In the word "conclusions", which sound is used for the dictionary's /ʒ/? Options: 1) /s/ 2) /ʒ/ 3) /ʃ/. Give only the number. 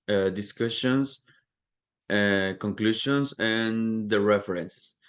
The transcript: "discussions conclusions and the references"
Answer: 3